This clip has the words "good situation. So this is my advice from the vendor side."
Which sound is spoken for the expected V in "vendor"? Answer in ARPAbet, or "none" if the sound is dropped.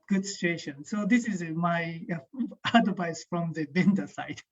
B